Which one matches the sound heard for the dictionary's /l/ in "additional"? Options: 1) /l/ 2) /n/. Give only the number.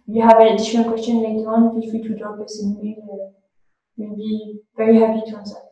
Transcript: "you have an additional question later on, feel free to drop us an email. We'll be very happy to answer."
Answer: 2